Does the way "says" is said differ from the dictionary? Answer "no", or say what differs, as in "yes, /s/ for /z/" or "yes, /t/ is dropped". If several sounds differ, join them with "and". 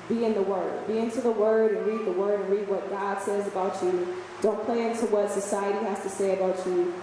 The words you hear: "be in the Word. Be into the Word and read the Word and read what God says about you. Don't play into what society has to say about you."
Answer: no